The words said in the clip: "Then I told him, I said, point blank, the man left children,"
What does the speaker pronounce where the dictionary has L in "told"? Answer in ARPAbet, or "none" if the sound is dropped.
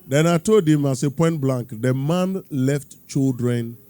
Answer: none